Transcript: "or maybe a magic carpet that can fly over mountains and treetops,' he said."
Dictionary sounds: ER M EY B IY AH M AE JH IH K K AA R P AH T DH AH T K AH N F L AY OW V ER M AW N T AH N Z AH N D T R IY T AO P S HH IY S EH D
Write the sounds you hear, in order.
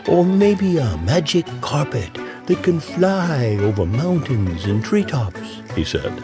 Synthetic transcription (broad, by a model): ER M EY B IY AH M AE JH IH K K AA R P AH T DH AH T K AH N F L AY OW V ER M AW N T AH N Z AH N T R IY T AO P S HH IY S EH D